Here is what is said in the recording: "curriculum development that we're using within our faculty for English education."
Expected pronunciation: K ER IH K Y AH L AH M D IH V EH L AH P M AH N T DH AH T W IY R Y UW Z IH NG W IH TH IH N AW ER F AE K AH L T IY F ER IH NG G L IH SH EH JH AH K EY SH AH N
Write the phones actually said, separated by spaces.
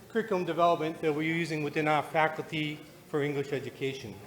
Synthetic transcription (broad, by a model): K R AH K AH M D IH V EH L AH P M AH N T DH AH T W IY R Y UW Z IH NG W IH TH IH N AW ER F AE K L T IY F ER IH NG G L IH SH EH JH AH K EY SH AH N